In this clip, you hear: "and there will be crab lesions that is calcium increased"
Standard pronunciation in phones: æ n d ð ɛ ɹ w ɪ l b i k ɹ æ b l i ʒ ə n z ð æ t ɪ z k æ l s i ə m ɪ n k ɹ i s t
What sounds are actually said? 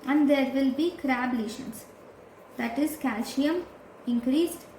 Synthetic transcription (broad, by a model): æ n d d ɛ ɹ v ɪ l b i k ɹ æ b l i ʃ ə n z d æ t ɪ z k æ l ʃ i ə m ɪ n k ɹ i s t